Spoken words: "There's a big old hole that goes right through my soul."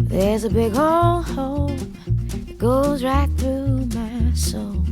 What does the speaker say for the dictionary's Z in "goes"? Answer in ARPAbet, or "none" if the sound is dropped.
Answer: Z